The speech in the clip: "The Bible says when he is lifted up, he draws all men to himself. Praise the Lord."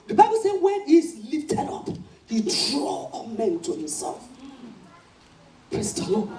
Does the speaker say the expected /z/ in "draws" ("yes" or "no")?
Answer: no